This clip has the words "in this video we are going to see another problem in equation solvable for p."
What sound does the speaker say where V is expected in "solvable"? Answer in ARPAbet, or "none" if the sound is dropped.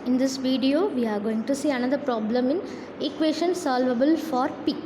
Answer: V